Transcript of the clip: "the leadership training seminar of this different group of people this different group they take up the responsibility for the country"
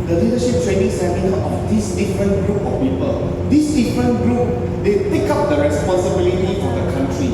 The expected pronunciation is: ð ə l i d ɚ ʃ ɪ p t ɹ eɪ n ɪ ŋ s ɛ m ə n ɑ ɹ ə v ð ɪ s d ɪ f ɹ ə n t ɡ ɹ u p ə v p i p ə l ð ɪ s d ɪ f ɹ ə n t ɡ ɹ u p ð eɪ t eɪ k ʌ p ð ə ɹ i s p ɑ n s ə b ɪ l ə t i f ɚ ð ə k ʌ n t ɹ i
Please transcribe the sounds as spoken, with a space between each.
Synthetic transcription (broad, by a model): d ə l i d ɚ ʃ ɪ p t w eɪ n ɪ s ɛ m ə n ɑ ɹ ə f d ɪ s d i f ɹ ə n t ɡ ɹ u p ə f p i p ə l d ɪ s d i f ɹ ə n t ɡ ɹ u p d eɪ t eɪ k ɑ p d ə ɹ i s p ɑ n s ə b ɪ l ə t i f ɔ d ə k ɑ n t ɹ i